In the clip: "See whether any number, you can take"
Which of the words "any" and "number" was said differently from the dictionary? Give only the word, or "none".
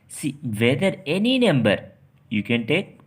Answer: none